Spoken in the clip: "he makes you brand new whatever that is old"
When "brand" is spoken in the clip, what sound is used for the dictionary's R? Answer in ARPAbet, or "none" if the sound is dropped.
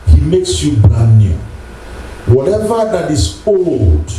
none